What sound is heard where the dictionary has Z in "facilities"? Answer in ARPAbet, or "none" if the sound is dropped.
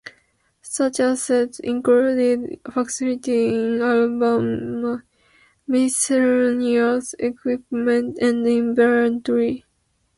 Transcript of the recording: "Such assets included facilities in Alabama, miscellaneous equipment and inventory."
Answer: none